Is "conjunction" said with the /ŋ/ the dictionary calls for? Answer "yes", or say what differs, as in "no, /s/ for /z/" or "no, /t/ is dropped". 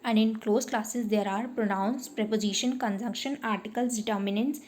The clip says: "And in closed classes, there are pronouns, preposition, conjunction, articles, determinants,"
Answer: yes